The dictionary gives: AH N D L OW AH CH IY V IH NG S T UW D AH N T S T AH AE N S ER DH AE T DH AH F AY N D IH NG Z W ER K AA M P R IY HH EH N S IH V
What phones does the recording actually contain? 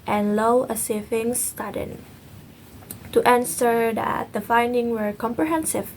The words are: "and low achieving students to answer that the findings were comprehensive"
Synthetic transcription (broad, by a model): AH N L OW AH S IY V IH NG S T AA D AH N T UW T AH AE N S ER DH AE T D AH F AY N D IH NG W ER K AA M P R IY HH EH N S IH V